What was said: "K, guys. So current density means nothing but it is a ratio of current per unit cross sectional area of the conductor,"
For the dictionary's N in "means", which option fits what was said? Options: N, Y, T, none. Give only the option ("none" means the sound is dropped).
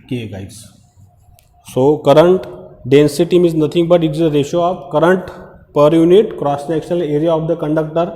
none